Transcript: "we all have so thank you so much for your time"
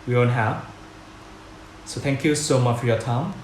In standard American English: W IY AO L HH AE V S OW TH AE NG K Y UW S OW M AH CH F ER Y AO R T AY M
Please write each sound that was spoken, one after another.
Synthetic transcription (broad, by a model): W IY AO N HH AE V S OW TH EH NG K Y UW S OW M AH CH F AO Y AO T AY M